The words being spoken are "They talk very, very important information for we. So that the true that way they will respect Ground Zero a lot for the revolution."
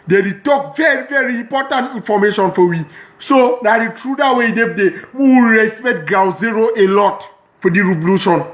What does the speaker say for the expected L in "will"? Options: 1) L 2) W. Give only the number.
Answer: 2